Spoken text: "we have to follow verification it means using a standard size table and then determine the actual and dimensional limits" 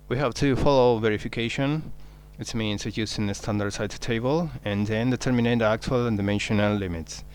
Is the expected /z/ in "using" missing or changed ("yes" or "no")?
yes